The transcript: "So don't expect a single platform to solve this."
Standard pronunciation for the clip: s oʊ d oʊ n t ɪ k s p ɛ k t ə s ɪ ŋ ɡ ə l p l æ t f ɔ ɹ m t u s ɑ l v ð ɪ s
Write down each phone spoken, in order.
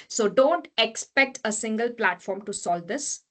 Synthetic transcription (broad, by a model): s oʊ d oʊ n t ɪ k s p ɛ k t ə s ɪ ŋ ɡ ə l p l æ t f ɔ ɹ m t u s ɑ l v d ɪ s